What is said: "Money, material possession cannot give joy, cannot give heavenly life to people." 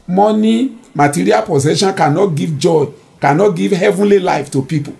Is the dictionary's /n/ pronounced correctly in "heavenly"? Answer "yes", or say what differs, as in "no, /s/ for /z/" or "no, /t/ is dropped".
yes